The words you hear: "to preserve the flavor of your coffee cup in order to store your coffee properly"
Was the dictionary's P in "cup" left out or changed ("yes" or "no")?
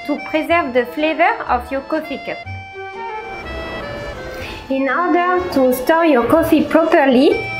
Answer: yes